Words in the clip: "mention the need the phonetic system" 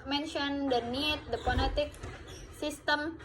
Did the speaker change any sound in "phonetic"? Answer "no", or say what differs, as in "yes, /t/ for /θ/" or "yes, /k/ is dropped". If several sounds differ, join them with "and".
yes, /p/ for /f/